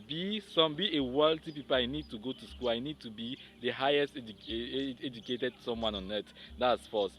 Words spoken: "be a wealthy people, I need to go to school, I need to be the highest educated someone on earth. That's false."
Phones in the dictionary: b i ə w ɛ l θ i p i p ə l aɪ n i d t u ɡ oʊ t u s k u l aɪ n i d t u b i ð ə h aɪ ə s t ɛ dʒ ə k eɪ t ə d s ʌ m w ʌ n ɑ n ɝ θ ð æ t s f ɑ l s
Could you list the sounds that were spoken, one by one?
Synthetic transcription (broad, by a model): b i ə w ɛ l t i p i p ə l aɪ n i d t u ɡ oʊ t u s k u l aɪ n i d t u b i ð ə h aɪ ə s t ɛ dʒ ə k eɪ t ə d s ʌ m w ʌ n ɑ n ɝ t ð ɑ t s f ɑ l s